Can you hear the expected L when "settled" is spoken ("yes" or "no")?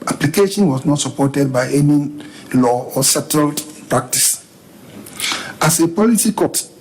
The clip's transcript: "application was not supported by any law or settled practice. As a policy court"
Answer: yes